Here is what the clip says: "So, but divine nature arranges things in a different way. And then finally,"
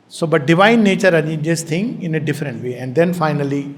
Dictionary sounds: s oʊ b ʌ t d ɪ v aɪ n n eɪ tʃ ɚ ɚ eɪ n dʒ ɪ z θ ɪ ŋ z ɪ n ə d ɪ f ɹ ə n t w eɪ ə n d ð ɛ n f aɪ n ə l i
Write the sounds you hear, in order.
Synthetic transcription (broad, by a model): s oʊ b ʌ t d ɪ v aɪ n n eɪ tʃ ɚ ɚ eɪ dʒ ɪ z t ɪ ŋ ɪ n ə d ɪ f ɹ ə n t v eɪ ə n d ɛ n f aɪ n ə l i